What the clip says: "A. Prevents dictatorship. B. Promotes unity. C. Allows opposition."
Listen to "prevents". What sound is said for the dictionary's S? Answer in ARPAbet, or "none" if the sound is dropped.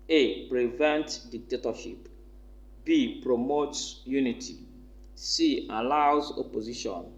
none